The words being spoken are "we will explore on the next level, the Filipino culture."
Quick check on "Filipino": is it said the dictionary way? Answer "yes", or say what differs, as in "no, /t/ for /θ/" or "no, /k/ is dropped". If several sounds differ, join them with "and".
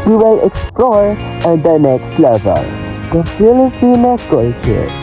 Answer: no, /b/ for /p/